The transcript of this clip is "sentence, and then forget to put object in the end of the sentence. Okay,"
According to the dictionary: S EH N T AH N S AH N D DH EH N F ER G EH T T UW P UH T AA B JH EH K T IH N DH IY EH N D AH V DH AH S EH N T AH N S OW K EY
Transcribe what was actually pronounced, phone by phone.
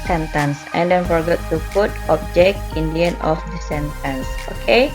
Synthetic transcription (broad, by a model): S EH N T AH N S AH N D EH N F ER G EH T T UW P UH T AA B JH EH K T IH N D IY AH N AH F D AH S EH N T AH N S OW K EY